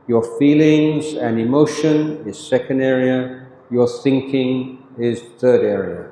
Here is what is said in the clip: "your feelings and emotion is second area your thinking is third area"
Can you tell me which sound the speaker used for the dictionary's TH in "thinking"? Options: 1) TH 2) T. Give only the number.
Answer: 1